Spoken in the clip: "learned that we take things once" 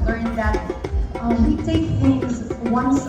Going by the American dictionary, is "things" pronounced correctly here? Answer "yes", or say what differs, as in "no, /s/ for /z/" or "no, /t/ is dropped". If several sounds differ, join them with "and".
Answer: no, /ŋ/ is dropped